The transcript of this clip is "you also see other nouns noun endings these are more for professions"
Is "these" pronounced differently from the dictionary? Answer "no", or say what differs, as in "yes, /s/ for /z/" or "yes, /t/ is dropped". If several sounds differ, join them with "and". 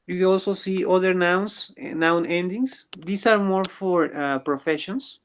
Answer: yes, /s/ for /z/